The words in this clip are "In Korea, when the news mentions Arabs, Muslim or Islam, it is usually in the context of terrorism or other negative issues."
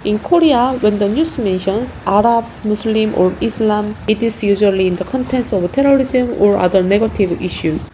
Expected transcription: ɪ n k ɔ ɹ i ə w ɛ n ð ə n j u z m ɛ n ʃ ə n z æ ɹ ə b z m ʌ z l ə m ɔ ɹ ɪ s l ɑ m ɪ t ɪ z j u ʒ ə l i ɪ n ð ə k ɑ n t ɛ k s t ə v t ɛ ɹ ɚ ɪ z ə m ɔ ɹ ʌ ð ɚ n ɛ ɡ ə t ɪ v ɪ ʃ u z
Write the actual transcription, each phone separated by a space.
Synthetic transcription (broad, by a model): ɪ n k ɔ ɹ i ə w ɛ n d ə n j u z m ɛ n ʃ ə n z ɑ ɹ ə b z m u s l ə m ɔ ɹ ɪ s l ɑ m ɪ t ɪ s j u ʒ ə l i ɪ n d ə k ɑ n t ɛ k s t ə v t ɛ ɹ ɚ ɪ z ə m ɔ ɹ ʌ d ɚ n ɛ ɡ ə t ɪ v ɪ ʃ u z